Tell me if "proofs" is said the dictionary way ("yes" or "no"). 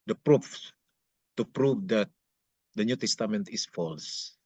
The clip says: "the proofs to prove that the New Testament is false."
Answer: no